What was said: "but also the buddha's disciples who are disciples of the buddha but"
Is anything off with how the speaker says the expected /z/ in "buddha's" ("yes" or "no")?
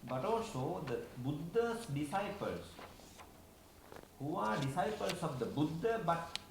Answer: yes